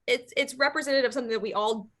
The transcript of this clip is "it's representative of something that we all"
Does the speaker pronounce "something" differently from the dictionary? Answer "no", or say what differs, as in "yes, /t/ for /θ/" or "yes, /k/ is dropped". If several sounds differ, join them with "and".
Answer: no